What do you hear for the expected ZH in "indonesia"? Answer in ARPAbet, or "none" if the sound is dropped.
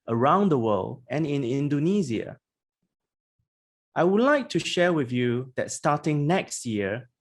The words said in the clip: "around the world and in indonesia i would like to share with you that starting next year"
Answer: Z